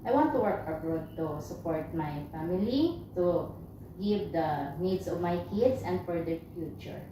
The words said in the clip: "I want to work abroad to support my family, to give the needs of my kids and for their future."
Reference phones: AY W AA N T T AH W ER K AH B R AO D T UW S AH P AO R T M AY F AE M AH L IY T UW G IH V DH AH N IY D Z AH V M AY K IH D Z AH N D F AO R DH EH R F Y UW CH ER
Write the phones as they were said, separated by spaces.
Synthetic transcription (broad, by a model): AY W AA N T T AH W ER K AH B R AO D T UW S AH P AO R T M AY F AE M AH L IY T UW G IH V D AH N IY D S AH V M AY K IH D S AH N D F AO R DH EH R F Y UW CH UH